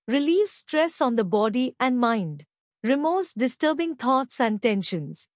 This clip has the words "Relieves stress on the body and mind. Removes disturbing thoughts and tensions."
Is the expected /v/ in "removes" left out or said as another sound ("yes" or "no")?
yes